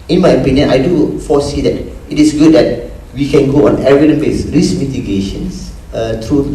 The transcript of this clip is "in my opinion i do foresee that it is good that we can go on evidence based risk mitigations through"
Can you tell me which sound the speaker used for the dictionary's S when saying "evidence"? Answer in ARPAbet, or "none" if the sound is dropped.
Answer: none